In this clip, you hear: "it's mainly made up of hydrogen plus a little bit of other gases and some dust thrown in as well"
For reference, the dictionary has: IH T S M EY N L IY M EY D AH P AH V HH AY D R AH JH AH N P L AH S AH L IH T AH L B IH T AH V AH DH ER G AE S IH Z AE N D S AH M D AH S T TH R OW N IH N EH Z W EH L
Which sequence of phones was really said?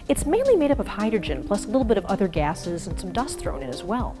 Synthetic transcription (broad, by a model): IH T S M EY N L IY M EY D AH P AH V HH AY D R AH JH AH N P L AH S AH L IH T L B IH T AH V AH DH ER G AE S IH Z N S AH M D AH S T TH R OW N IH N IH Z W EH L